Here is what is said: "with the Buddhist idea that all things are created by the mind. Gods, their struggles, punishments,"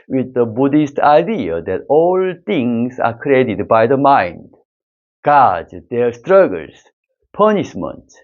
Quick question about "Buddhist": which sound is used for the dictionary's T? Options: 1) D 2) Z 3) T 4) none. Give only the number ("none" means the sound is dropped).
3